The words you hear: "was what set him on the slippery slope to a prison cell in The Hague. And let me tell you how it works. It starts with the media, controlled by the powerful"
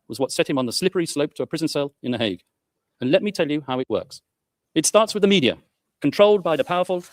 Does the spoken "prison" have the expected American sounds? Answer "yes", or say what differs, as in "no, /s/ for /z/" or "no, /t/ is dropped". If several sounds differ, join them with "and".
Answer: yes